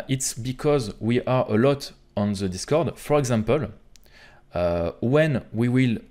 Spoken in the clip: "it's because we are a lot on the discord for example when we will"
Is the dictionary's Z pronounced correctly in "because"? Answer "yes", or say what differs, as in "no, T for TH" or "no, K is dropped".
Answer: yes